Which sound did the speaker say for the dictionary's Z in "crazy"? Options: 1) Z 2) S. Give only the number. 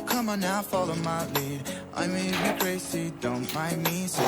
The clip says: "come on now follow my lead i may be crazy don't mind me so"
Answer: 2